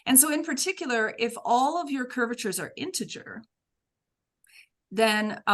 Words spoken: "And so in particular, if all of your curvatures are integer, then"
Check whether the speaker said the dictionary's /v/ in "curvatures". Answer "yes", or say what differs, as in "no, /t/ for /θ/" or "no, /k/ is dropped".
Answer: yes